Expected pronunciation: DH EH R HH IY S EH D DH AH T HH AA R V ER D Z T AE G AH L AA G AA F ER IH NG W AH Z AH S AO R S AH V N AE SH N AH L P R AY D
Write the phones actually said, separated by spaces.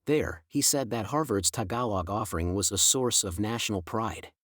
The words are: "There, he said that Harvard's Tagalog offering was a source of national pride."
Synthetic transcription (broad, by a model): DH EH R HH IY S EH D DH AH T HH AA R V ER D Z T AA G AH L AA G AA F ER IH NG W AH Z AH S AO R S AH V N AE SH N L P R AY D